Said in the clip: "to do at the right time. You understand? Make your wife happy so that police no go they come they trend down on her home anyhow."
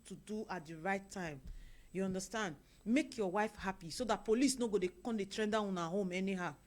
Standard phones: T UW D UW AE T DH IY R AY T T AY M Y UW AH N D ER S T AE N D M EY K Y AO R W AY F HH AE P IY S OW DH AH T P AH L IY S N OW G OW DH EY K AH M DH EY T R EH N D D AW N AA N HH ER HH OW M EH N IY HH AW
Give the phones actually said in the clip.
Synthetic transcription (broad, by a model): T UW D UW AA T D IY R AY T T AY M Y UW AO N D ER S T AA N D M EY K Y AO W AY F HH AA P IY S OW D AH T P AH L IY S N OW G OW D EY K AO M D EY T R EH N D D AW AA N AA HH OW M EH N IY HH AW